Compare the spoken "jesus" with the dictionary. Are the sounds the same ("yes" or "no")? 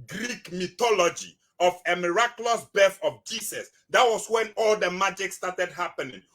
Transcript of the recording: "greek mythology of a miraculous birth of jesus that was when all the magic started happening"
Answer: no